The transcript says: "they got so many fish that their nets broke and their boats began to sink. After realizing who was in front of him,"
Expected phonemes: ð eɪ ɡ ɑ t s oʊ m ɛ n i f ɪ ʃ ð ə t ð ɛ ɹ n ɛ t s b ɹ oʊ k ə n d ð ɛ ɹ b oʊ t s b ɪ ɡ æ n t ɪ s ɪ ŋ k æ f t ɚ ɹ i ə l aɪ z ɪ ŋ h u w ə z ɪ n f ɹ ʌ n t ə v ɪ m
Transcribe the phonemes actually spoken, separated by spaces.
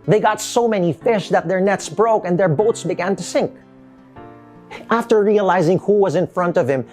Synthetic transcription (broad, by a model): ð eɪ ɡ ɑ t s oʊ m ɛ n i f ɪ ʃ ð ə t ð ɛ ɹ n ɛ t s b ɹ oʊ k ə n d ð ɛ ɹ b oʊ t s b ɪ ɡ æ n t ɪ s ɪ ŋ k æ f t ɚ ɹ i ə l aɪ z ɪ ŋ h u w ə z ɪ n f ɹ ʌ n t ə v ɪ m